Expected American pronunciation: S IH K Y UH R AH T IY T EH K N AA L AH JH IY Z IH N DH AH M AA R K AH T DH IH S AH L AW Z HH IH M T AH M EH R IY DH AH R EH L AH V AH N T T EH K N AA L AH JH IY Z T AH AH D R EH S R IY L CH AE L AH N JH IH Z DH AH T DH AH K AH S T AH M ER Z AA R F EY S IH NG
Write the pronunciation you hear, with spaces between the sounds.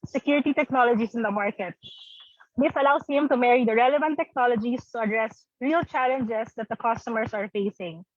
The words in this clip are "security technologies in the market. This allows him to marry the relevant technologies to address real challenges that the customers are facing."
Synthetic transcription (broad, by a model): S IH K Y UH R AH T IY T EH K N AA L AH JH IY S IH N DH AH M AA R K AH T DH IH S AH L AW S HH IH M T AH M EH R IY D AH R EH L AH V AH N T T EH K N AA L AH JH IY S T AH AH D R EH S R IY L CH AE L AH N JH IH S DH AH T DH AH K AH S T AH M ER S AA R F EY S IH NG